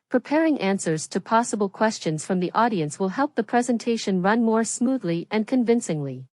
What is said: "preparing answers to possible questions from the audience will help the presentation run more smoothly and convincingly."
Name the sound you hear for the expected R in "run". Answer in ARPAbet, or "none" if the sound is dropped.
R